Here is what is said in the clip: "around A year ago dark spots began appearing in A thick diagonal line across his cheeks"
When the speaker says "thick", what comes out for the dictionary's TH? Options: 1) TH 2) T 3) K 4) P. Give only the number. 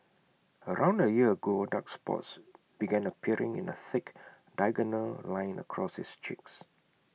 1